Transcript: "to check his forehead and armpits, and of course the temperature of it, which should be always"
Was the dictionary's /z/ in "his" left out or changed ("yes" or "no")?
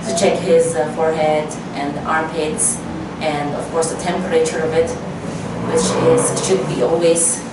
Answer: no